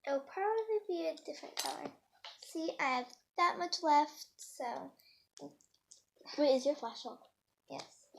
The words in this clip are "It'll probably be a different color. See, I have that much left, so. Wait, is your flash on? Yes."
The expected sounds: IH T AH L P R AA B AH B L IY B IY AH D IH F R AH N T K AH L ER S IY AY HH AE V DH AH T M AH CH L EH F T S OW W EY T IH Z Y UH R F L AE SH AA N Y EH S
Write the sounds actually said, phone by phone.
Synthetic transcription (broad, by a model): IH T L P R AA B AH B L IY B IY AH D IH F R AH N K AH L ER S IY AY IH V DH AH T M AH CH L EH F T S OW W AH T IH Z Y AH R F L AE S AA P Y EH S